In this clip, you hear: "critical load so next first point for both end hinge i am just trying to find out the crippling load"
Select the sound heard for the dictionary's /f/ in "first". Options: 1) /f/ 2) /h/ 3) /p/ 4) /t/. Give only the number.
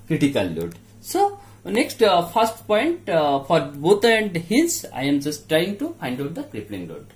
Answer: 3